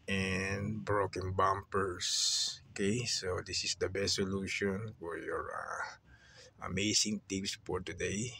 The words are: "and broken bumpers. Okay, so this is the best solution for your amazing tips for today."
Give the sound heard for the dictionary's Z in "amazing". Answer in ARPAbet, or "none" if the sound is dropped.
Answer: S